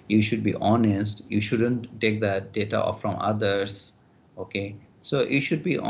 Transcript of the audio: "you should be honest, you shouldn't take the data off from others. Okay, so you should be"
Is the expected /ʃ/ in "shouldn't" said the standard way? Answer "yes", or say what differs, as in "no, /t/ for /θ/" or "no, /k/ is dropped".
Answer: yes